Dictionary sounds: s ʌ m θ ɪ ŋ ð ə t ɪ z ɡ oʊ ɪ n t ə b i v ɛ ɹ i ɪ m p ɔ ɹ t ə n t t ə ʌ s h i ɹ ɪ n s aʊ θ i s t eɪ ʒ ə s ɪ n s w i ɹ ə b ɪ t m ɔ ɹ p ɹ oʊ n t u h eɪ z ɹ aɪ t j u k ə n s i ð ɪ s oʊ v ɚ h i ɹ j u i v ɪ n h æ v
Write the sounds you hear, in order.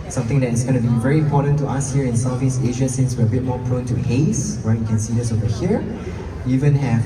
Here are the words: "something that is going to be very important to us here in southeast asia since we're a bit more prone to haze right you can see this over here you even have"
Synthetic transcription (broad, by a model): s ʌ m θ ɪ ŋ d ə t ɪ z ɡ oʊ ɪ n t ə b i v ɛ ɹ i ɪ m p ɔ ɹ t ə n t t ə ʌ s h i ɹ ɪ n s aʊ f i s eɪ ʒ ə s ɪ n s w i ɹ ə b ɪ t m ɔ ɹ p ɹ oʊ n t u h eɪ s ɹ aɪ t j u k ə n s i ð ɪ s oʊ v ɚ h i ɹ j u i v ɪ n h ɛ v